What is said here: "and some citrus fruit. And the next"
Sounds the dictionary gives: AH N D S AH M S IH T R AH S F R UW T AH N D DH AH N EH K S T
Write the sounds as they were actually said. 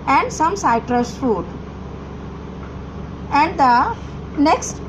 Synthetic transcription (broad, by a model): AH N D S AH M S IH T R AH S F UW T AH N D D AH N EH K S T